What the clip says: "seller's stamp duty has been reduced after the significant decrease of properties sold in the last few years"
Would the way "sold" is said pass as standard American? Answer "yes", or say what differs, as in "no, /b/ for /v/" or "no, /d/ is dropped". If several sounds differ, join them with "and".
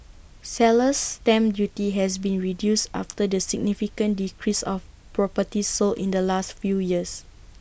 no, /d/ is dropped